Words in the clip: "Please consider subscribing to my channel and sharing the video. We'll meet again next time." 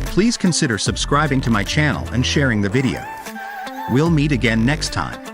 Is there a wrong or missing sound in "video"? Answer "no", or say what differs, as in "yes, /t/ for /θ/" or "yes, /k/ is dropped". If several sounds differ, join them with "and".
no